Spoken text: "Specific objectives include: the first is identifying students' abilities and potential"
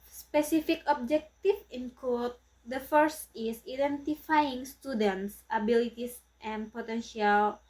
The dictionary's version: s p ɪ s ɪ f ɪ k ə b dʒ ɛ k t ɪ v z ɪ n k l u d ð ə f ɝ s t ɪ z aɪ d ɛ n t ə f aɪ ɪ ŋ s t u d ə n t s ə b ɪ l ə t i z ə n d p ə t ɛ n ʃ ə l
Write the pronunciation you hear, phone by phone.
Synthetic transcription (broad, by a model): s p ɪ s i f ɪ k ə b dʒ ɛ k t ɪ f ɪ n k ɔ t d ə f ɝ s t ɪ s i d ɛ n t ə f aɪ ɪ ŋ s t u d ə n t s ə b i l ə t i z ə n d p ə t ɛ n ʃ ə l